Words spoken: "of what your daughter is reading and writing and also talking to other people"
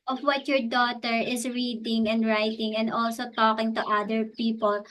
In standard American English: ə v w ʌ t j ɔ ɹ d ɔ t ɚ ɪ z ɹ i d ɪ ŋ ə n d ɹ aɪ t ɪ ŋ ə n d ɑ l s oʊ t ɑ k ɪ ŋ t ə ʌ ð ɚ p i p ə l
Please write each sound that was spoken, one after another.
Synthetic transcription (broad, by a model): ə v w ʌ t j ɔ ɹ d ɔ t ɚ ɪ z ɹ i d ɪ ŋ ə n d ɹ aɪ t ɪ ŋ ə n d ɑ l s oʊ t ɑ k ɪ ŋ t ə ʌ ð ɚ p i p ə l